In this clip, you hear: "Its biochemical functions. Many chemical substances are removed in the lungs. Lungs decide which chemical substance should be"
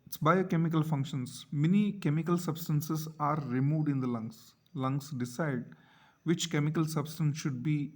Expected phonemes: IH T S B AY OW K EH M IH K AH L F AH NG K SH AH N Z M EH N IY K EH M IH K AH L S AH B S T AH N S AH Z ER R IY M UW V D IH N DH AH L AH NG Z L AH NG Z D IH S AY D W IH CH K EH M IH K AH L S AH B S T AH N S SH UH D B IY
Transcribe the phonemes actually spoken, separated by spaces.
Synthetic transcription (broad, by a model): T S B AY OW K EH M IH K AH L F AH NG K SH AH N S M EH N IY K EH M IH K AH L S AH B S T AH N S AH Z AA R IY M UW V D IH N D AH L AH NG S L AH NG S D IH S AY D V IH CH K EH M IH K AH L S AH B S T AH N S SH UH D B IY